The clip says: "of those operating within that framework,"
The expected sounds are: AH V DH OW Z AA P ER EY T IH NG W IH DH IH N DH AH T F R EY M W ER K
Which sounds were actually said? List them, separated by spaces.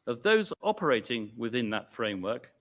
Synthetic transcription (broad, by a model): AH V DH OW Z AA P ER EY T IH NG W IH DH IH N DH AH T F R EY M W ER K